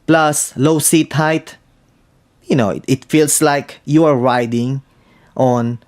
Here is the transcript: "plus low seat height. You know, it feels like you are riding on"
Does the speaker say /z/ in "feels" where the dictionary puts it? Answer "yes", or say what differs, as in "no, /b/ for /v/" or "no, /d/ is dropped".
no, /s/ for /z/